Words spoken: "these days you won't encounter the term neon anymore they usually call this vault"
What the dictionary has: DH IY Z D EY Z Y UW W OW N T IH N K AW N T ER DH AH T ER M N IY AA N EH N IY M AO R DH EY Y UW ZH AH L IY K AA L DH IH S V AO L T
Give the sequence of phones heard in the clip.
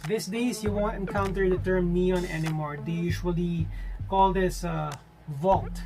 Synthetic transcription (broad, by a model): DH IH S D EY S Y UW W OW N T IH N K AW N T ER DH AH T ER M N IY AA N EH N IY M AO R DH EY Y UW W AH L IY K AA L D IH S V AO L T